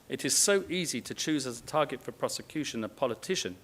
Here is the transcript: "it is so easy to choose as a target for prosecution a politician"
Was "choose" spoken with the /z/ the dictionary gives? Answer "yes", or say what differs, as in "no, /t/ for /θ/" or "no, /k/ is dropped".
yes